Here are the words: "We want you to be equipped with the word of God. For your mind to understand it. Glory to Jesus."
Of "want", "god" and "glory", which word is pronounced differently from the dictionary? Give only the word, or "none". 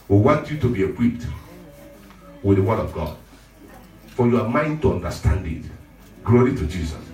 none